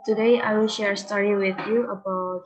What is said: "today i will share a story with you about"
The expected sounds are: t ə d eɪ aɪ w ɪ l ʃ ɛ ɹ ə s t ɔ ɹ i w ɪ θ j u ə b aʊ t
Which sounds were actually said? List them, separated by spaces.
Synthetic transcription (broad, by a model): t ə d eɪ aɪ w ɪ l ʃ ɛ ɹ s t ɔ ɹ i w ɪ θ j u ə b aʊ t